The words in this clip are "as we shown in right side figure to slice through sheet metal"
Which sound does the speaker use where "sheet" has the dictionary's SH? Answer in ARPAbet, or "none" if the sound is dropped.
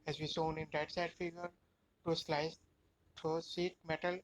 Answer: S